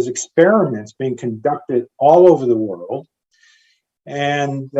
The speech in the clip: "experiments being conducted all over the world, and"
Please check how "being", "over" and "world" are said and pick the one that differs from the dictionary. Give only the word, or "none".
none